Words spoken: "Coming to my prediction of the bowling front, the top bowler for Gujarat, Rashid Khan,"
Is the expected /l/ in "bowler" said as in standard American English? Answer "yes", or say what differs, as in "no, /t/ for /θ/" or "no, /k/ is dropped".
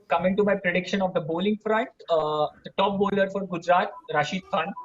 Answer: yes